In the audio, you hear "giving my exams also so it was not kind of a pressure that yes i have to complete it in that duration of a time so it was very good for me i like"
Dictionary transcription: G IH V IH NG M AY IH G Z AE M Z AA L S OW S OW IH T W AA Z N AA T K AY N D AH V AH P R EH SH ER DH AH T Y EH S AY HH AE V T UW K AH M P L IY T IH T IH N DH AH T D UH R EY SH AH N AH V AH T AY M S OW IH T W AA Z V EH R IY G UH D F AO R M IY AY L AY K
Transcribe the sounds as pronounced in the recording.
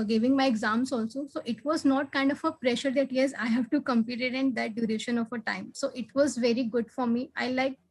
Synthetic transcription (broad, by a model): G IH V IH NG M AY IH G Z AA M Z AA L S OW S OW IH T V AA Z N AA T K AY N D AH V AH P R EH SH ER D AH T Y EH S AY HH AE V T UW K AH M P IY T IH T IH N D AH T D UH R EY SH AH N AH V AH T AY M S OW IH T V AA Z V EH R IY G UH D F AO R M IY AY L AY K